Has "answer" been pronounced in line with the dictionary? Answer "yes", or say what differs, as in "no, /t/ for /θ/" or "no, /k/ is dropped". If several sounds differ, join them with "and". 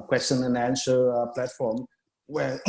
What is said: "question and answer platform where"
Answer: no, /ʃ/ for /s/